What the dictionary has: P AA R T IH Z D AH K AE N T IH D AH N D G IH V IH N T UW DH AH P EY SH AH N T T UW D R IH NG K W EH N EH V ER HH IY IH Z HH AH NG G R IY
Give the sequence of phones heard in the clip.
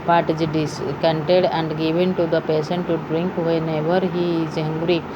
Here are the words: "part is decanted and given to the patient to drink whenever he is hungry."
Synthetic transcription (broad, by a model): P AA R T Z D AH K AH N T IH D AH N D G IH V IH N T UW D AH P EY S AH N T T UW D R IH NG K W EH N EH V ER HH IY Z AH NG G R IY